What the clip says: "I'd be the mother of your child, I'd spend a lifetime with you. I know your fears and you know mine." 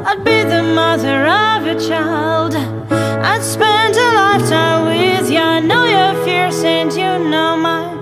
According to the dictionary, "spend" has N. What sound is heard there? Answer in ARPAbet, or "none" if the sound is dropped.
N